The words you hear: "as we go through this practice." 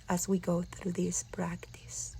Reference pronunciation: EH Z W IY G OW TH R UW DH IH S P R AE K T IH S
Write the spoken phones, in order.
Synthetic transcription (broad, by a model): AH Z W IY G OW TH R UW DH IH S P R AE K T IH S